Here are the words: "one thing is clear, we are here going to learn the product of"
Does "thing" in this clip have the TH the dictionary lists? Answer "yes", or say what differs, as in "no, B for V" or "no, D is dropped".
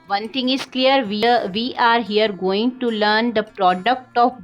no, T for TH